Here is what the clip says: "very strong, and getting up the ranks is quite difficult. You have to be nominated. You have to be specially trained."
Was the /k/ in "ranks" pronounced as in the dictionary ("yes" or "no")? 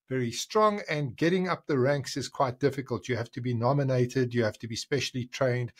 yes